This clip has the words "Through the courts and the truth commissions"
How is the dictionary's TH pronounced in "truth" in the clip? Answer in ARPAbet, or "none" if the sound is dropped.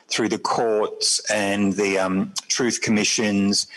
TH